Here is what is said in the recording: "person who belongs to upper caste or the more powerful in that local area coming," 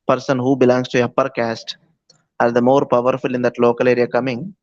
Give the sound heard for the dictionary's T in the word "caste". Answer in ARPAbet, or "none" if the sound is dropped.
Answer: T